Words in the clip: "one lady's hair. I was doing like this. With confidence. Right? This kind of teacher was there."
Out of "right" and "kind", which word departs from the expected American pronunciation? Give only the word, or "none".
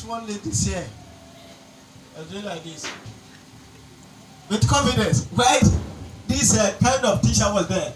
right